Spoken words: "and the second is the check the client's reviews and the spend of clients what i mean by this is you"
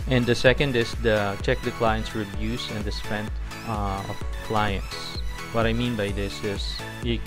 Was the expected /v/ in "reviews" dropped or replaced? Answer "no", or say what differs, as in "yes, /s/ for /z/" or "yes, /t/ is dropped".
yes, /b/ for /v/